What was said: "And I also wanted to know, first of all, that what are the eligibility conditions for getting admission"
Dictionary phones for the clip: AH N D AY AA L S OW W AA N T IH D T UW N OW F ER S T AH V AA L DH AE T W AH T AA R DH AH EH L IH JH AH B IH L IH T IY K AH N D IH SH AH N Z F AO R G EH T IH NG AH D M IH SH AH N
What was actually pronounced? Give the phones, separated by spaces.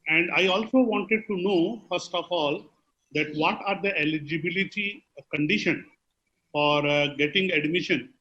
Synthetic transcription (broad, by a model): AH N D AY AA L S OW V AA N T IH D T UW N OW F ER S T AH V AA L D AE T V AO T AA R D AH EH L IH JH AH B IH L IH T IY K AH N D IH SH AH N F AO R G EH T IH NG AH D M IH SH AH N